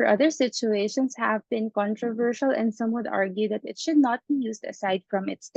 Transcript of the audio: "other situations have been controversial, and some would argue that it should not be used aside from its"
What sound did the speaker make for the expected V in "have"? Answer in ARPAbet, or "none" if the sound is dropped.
V